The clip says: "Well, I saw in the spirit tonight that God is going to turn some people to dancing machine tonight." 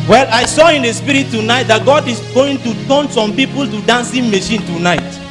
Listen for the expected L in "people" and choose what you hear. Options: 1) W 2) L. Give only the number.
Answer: 2